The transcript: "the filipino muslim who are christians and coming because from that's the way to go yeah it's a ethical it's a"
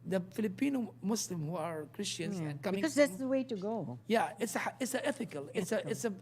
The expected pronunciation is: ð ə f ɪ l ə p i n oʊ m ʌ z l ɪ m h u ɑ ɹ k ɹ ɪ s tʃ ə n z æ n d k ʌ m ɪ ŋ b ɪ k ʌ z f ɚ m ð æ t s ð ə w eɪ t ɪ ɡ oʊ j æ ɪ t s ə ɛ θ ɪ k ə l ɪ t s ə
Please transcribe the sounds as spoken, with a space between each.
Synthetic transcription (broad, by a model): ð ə f ɪ l ə p i n oʊ m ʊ s l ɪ m h u ɑ ɹ k ɹ ɪ s tʃ ə n z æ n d k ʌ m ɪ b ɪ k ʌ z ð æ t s ð ə w eɪ t ɪ ɡ oʊ j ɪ ɪ t s ə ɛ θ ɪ k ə l ɪ t s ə